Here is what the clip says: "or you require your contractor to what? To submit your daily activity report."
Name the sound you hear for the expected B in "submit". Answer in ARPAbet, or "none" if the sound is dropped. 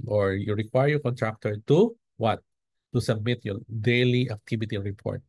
B